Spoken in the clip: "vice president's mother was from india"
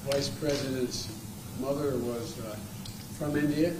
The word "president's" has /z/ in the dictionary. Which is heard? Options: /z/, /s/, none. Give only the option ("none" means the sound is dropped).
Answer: /z/